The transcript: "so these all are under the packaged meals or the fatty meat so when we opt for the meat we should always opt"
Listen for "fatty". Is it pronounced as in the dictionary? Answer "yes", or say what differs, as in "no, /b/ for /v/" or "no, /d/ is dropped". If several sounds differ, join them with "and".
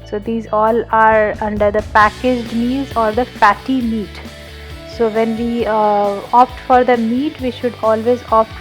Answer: no, /p/ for /f/